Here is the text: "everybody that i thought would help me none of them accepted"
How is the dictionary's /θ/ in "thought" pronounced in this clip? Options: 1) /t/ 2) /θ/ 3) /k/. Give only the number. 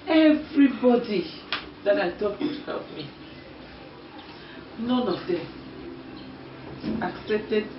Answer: 1